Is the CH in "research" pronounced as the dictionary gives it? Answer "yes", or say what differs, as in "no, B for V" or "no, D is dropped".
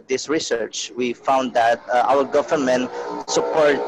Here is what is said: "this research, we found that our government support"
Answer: yes